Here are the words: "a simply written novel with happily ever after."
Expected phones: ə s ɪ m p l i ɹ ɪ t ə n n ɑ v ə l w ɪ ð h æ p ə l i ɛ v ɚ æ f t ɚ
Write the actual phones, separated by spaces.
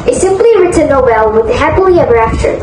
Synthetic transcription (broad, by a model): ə s ɪ m p l i ɹ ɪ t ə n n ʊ b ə l w ɪ ð h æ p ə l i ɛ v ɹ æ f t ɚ